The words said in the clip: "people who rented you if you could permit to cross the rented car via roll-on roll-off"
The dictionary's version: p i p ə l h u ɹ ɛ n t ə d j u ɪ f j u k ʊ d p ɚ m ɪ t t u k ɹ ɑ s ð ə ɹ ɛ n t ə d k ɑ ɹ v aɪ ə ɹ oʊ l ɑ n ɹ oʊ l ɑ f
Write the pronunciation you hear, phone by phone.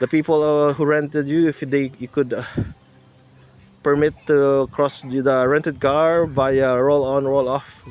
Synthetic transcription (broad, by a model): p i p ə l h u ɹ ɛ n t ə d j u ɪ f j u k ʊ d p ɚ m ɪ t t u k ɹ ɑ s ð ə ɹ ɛ n t ə d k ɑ ɹ b aɪ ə ɹ oʊ l ɑ n ɹ oʊ l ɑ f